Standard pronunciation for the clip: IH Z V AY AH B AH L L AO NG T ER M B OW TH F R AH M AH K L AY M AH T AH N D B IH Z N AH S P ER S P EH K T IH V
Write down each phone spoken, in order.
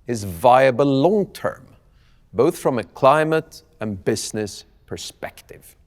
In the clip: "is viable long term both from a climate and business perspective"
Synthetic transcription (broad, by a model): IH Z V AY AH B AH L L AO NG T ER M B OW TH F R AH M AH K L AY M AH T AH N B IH Z N AH S P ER S P EH K T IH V